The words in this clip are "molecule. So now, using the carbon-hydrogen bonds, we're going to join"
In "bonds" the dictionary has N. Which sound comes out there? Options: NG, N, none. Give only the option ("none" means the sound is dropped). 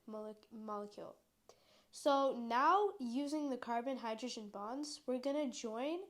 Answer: N